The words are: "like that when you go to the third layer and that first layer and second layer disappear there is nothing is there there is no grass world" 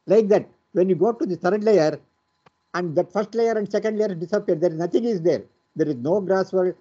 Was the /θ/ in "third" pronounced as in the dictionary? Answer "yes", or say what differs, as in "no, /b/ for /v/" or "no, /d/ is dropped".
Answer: no, /t/ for /θ/